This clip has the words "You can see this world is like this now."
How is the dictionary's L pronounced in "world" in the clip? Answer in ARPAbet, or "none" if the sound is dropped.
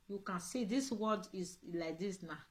none